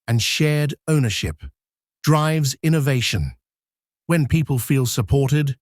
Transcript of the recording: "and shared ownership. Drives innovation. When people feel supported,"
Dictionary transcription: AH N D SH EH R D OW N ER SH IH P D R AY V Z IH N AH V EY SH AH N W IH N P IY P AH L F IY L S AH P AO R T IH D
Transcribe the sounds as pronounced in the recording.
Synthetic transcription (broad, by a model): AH N SH EH R D OW N ER SH IH P D R AY V Z IH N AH V EY SH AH N W IH N P IY P AH L F IY L S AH P AO R T IH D